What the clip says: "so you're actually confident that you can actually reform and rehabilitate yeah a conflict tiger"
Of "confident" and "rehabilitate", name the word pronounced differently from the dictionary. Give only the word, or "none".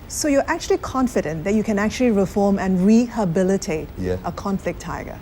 none